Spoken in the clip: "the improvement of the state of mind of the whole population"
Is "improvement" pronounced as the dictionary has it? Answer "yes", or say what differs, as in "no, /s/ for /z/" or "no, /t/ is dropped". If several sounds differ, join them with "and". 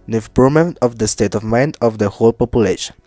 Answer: no, /v/ is dropped